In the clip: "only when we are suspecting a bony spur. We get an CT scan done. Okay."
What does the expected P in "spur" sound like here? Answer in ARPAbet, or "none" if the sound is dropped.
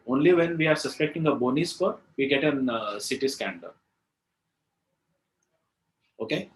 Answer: F